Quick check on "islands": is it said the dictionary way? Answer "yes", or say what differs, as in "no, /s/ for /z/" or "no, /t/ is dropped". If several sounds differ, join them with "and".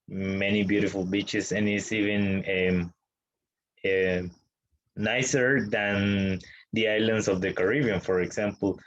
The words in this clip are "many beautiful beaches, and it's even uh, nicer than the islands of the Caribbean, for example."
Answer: no, /s/ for /z/